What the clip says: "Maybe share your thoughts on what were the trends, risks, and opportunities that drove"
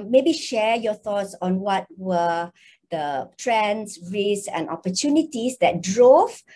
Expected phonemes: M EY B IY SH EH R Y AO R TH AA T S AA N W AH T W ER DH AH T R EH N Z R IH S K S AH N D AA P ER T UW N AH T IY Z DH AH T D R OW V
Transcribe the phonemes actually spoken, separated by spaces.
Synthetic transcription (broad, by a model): M EY B IY SH EH Y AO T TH AA T S AA N W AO T W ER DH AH T R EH N S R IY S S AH N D AA P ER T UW N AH T IY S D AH T D R OW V